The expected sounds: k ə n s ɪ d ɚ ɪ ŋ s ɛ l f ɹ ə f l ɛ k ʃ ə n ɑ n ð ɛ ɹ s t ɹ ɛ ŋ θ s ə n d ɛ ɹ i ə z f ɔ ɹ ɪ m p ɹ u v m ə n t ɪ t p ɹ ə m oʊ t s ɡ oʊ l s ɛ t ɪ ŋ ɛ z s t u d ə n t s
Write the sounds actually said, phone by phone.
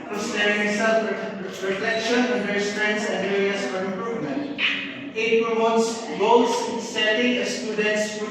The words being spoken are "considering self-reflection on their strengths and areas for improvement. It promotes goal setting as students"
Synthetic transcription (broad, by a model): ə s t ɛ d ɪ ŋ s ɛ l p ɹ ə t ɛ k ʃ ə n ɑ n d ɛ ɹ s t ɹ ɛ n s ə n d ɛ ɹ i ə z f ɔ ɹ ɪ m p ɹ u v m ə n t ɪ t p ɹ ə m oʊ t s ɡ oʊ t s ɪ s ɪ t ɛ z s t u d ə n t s